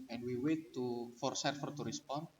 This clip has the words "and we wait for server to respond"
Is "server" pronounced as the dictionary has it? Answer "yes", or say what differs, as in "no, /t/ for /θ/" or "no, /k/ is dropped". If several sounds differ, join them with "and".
no, /f/ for /v/